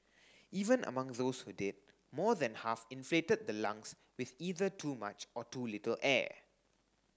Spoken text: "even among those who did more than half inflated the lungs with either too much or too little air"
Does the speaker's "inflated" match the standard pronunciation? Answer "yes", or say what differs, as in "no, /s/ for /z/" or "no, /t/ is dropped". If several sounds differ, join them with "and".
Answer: yes